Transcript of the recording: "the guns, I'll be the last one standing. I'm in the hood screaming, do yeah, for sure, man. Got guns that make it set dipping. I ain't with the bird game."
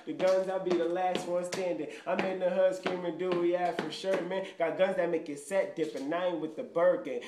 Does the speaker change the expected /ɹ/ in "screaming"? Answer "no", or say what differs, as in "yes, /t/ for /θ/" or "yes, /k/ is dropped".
yes, /ɹ/ is dropped